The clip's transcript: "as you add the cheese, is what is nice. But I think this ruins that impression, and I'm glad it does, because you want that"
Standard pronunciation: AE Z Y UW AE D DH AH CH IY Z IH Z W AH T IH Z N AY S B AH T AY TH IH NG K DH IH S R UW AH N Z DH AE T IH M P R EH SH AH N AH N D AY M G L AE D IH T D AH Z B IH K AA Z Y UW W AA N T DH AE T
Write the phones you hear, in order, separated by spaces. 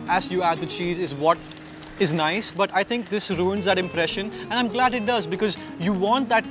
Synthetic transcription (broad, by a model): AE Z Y UW AE D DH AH CH IY Z IH Z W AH T IH Z N AY S B AH T AY T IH NG K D IH S R UW AH N Z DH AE T IH M P R EH SH AH N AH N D AY M G L AE D IH T D AH Z B IH K AA Z Y UW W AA N T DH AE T